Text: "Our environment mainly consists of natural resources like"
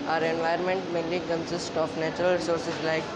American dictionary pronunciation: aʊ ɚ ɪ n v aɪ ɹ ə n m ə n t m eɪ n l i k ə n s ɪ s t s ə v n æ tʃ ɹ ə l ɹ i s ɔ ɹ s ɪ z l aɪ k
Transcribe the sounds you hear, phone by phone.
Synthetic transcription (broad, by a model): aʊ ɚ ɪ n v aɪ ə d m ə n t m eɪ l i k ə n s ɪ s t ə f n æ tʃ ɹ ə l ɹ s ɔ ɹ s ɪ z l aɪ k